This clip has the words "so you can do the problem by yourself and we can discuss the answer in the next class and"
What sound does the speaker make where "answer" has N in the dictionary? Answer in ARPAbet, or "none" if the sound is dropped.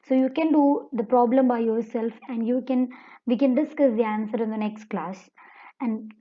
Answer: N